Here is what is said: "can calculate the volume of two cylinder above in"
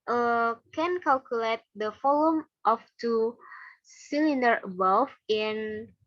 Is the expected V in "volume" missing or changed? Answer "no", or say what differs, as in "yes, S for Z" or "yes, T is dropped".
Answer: yes, F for V